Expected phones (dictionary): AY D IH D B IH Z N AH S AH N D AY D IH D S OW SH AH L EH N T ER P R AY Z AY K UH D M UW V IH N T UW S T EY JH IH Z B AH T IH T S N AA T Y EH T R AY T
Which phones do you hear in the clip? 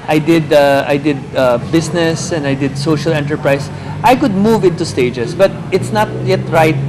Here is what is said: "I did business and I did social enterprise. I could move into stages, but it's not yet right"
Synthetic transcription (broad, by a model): AY D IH D B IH S N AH S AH N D AY D IH D S OW SH AH L EH N T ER P R AY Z AY K UH D M UW V IH N T UW S T EY JH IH S B AH T IH T S N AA T Y EH T R AY T